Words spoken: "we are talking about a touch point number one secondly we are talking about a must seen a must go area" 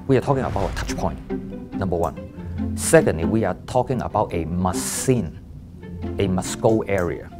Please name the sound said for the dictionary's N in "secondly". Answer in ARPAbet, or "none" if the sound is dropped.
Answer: N